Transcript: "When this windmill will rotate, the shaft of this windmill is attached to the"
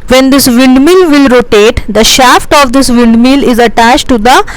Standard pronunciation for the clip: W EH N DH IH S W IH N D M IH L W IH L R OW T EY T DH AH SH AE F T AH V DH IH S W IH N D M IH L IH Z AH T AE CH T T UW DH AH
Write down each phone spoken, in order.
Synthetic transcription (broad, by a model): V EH N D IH S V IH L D M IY L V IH L R OW T EY T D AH SH AE F T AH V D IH S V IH L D M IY L IH Z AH T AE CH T T UW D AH